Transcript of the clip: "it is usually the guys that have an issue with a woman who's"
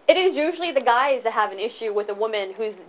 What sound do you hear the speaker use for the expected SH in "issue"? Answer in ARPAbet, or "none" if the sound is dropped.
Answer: SH